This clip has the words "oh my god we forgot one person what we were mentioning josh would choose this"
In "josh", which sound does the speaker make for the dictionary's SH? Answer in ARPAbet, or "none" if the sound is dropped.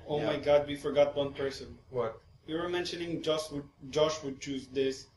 SH